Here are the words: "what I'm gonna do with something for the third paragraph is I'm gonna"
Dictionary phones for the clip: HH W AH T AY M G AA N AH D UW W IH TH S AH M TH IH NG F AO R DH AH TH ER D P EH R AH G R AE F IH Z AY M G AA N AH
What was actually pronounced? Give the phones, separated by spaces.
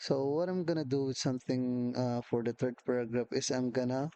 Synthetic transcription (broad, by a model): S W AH T AY M G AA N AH D UW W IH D S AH M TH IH NG F AO R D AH T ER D P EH R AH G R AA F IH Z AY M G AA N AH